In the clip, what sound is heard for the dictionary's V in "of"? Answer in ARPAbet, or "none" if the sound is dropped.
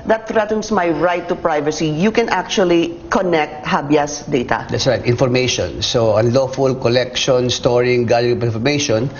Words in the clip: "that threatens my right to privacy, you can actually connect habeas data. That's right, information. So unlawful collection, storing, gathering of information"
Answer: P